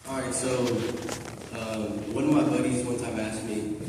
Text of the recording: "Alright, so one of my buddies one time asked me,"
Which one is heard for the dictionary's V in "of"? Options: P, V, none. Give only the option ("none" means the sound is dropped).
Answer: V